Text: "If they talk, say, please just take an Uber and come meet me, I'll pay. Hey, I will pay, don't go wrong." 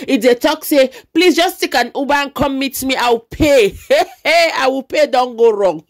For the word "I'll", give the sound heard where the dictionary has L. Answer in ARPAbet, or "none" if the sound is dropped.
W